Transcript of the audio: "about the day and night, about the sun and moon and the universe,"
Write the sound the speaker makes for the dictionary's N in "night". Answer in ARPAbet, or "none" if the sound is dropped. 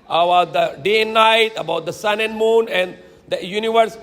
N